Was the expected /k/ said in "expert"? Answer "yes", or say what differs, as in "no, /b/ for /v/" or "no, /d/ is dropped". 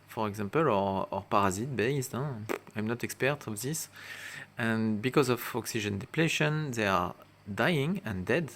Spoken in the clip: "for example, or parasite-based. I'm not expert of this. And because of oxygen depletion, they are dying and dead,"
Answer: yes